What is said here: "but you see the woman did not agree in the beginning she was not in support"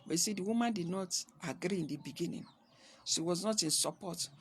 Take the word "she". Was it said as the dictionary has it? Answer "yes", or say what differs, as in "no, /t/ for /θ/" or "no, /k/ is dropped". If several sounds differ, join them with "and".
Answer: no, /s/ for /ʃ/